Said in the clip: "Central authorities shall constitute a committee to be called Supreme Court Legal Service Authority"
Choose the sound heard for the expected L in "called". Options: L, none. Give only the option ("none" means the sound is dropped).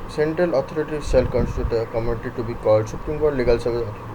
none